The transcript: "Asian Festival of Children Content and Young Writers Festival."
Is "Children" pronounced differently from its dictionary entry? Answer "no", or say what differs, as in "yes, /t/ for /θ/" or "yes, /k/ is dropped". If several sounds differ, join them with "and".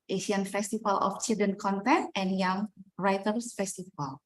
yes, /ɹ/ is dropped